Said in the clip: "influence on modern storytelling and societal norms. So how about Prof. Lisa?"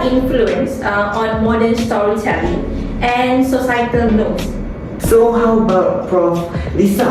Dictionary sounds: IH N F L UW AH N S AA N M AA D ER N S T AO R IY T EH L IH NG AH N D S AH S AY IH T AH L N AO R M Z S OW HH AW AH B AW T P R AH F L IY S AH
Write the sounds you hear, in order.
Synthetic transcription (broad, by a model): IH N F L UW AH N S AA N M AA D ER N S T AO R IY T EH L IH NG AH N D S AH S AY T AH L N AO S S OW HH AW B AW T F R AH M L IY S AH